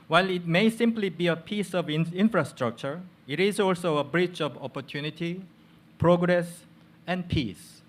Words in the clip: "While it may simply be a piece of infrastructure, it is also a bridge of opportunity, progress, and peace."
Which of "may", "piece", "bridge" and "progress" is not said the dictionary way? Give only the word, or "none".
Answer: bridge